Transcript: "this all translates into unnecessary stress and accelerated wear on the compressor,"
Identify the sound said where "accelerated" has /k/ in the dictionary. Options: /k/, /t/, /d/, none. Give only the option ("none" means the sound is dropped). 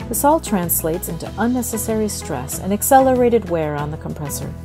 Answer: /k/